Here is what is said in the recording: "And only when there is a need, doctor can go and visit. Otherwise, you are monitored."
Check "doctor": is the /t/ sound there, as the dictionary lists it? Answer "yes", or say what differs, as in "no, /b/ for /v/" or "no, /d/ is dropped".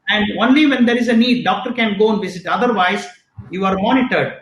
yes